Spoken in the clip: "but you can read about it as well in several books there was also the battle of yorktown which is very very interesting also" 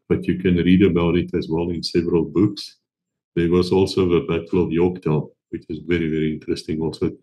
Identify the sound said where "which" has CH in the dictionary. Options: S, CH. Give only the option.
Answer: CH